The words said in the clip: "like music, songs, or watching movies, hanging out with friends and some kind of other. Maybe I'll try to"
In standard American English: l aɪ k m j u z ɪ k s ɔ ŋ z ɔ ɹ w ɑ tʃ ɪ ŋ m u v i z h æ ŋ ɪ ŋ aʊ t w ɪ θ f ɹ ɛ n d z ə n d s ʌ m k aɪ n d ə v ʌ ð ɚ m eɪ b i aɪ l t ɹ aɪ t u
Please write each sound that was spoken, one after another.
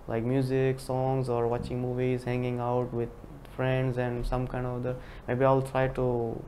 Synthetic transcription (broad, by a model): l aɪ k m j u z ɪ k s ɔ ŋ z ɔ ɹ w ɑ tʃ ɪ ŋ m u v i z h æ ŋ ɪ ŋ aʊ t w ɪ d f ɹ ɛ n d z ə n d s ʌ m k aɪ n d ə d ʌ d m eɪ b i aɪ l t ɹ aɪ t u